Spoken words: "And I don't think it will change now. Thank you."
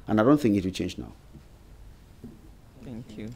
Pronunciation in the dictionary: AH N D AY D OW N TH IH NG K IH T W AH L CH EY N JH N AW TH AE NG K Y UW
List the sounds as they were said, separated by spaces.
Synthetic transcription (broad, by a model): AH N AY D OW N TH IH NG K IH T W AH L CH EY N JH N AW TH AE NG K Y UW